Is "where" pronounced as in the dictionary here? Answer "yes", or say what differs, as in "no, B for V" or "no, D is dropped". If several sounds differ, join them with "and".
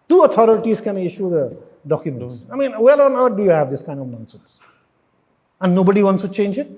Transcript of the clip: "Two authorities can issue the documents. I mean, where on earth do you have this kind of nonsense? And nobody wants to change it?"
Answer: no, L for R